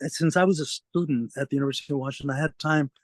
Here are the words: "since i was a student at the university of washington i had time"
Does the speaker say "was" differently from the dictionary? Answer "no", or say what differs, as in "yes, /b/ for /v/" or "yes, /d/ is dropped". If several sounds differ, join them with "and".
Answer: no